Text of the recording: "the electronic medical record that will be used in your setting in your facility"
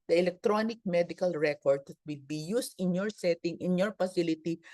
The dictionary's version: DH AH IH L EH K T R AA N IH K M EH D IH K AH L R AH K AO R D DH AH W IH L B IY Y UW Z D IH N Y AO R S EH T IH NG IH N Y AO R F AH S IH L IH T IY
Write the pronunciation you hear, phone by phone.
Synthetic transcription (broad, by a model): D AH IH L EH K T R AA N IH K M EH D IH K AH L R AH K AO R D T W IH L B IY Y UW S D IH N Y AO R S EH T IH NG IH N Y AO R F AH S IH L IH T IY